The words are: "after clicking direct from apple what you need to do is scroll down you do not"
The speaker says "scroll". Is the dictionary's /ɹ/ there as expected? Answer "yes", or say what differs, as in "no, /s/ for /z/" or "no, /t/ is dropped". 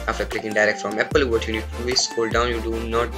no, /ɹ/ is dropped